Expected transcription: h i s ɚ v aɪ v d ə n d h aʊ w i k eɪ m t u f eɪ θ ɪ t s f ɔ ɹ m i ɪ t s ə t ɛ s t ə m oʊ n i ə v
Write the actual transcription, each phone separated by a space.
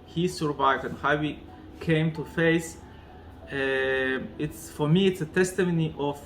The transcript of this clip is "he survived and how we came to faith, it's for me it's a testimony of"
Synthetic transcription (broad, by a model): h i s ɚ v aɪ v d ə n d h aʊ w i k eɪ m t u f eɪ s ɪ t s f ɔ ɹ m i ɪ t s ə t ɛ s t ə m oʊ n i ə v